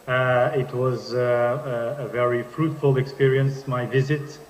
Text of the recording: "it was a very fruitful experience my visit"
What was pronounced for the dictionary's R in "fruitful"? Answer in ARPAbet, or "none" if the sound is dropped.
R